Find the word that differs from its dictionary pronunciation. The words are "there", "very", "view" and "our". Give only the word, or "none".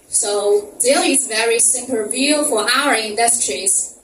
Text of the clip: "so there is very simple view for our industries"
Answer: there